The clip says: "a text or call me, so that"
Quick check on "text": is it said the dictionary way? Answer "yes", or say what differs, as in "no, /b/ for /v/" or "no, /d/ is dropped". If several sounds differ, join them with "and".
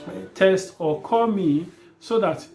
no, /k/ is dropped